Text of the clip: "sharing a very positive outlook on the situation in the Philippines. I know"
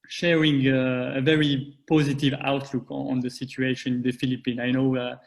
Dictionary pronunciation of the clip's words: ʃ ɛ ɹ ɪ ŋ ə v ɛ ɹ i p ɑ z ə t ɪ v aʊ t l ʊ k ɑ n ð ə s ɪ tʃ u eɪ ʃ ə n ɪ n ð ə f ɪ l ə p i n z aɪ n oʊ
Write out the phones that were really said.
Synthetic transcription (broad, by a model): ʃ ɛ ɹ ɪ ŋ ə v ɛ ɹ i p ɑ z ə t ɪ v aʊ t l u k ɑ n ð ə s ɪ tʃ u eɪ ʃ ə n ɪ n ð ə f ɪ l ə p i n aɪ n oʊ